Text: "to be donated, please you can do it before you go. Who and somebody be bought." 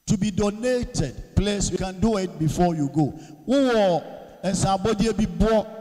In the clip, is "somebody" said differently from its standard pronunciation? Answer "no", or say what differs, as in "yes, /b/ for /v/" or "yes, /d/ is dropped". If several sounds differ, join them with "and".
yes, /m/ is dropped